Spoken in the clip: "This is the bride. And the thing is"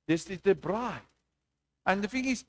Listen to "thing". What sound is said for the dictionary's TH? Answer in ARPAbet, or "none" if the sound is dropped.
F